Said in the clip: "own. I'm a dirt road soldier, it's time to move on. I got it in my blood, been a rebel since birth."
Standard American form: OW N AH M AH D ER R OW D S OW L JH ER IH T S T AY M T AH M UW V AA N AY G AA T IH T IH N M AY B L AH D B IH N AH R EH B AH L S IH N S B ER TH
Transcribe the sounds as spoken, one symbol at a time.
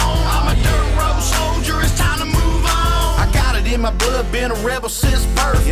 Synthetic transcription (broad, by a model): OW AH M AH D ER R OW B S OW L JH ER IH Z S T AY M T AH M UW V AA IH G AA T IH T IH N M AY B L AH D B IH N AH R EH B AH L S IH S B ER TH